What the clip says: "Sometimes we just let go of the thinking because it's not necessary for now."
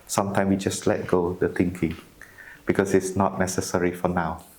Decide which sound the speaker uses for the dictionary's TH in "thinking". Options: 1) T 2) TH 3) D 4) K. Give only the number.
1